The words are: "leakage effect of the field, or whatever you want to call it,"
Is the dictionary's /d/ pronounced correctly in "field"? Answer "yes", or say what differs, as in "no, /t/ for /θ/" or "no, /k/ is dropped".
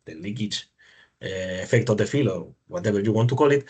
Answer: no, /d/ is dropped